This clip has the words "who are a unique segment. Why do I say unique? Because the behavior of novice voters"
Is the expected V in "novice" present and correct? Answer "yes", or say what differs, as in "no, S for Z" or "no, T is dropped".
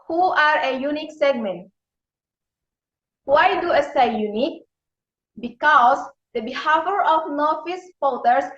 no, F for V